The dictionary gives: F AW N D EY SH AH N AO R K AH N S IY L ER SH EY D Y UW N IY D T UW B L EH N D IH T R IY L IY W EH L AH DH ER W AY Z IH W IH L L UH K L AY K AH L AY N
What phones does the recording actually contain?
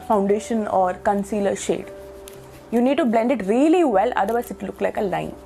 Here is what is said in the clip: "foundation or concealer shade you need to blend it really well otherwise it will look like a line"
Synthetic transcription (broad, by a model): F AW N D EY SH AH N AO R K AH N S IY L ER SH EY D Y UW N IY D T UW B L EH N D IH T R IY L IY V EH L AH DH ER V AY IH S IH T L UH K L AY K AH L AY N